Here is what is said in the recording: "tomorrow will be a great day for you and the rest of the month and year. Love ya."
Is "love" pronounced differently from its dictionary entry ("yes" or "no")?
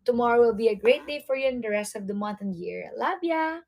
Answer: yes